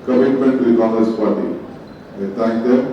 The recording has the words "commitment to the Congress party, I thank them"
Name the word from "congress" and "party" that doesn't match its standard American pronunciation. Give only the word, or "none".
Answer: congress